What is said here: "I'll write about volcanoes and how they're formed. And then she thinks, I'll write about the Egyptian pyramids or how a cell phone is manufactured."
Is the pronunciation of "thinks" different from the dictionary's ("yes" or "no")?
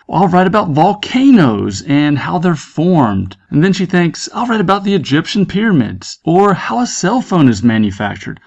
no